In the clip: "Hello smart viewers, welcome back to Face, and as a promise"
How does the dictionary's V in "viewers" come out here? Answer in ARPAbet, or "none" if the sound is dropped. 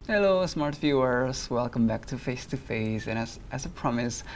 F